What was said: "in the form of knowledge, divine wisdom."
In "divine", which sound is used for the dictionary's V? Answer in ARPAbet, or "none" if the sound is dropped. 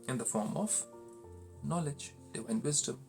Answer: W